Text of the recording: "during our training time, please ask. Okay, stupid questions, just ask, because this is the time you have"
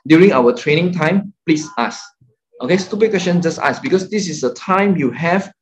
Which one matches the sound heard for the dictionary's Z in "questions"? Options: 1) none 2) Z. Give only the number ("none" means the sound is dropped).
1